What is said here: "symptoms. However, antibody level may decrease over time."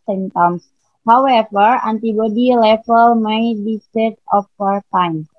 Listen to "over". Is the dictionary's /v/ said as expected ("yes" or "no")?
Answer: no